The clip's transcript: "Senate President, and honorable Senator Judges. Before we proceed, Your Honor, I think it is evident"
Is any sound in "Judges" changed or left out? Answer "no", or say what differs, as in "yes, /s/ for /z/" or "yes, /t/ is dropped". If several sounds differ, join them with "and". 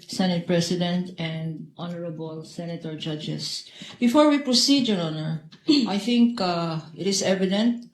yes, /s/ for /z/